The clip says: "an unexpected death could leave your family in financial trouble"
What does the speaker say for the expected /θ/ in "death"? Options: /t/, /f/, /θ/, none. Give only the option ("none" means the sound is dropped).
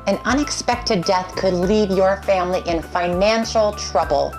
/θ/